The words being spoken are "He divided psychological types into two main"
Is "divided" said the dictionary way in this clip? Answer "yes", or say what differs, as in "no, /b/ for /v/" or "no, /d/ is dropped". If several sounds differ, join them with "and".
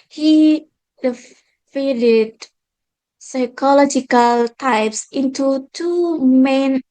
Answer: no, /f/ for /v/